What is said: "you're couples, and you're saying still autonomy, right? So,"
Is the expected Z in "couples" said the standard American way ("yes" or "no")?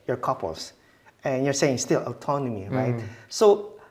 no